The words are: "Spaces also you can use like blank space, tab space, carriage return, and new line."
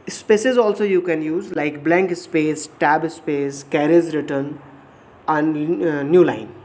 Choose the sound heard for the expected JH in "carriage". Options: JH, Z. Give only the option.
Z